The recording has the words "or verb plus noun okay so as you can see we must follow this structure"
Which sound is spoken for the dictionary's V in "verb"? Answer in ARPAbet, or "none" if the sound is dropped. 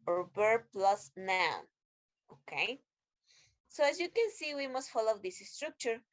B